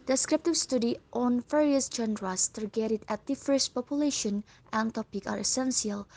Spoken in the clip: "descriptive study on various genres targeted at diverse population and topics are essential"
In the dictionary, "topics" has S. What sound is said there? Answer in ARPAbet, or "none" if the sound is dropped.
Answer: none